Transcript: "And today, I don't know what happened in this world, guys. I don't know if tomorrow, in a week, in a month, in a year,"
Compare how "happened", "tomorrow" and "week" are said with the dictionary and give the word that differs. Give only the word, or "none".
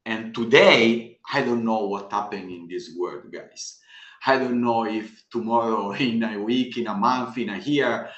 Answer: happened